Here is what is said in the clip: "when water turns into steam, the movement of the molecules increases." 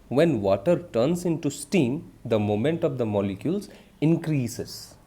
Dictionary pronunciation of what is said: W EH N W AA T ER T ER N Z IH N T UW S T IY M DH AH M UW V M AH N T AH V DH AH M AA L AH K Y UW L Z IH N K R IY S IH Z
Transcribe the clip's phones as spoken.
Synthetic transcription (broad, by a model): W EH N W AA T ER T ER N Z IH N T UW S T IY M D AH M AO M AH N T AH V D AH M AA L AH K Y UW L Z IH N K R IY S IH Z